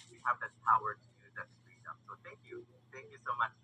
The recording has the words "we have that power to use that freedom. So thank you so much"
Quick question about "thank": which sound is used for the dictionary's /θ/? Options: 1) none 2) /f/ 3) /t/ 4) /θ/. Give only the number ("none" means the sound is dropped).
4